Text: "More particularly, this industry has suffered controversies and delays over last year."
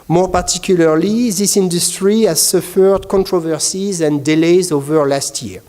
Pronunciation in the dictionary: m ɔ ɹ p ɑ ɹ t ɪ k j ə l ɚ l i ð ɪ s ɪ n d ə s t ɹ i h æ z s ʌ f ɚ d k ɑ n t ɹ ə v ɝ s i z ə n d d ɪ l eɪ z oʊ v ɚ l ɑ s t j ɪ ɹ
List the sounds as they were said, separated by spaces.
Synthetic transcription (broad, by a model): m ɔ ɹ p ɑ ɹ t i k j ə l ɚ l i ð ɪ s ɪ n d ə s t ɹ i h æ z s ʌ f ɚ d k ɑ n t ɹ ə v ɝ s i z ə n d d ɪ l eɪ z oʊ v ɚ l ɑ s t j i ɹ